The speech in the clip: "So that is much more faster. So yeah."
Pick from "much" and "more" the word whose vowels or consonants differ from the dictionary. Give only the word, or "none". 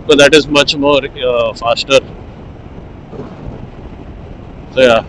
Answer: none